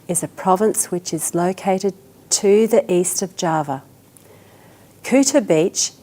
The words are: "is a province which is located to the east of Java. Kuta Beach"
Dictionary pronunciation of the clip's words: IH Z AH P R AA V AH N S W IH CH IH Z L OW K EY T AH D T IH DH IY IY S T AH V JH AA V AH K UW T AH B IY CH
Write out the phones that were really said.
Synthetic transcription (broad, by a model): IH Z AH P R AA V AH N S W IH CH IH Z L OW K EY T AH D T IH DH IY IY S T AH V JH AA V AH K UW T AH B IY CH